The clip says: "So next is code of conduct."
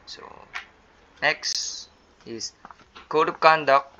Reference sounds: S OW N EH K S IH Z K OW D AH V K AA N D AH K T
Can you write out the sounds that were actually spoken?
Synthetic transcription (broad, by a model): S OW N EH K S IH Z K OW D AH P K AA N D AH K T